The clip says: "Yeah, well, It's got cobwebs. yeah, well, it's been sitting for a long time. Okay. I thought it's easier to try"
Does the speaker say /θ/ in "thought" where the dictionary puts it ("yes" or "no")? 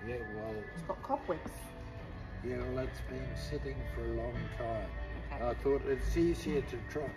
yes